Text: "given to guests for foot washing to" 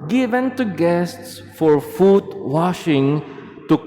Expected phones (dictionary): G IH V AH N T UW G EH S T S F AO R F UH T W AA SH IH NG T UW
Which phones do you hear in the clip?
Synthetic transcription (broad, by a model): G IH V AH N T UW G EH S T S F AO R F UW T W AA SH IH NG T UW